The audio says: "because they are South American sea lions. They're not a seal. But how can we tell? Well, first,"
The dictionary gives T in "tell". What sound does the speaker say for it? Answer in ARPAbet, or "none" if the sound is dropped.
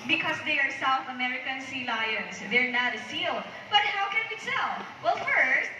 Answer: S